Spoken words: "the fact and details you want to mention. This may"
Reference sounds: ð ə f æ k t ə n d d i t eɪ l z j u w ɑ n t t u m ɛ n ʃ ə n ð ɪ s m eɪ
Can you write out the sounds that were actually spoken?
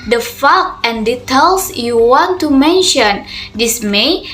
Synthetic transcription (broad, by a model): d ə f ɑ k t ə n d d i t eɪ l s j u w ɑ n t t u m ɛ n ʃ ə n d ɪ s m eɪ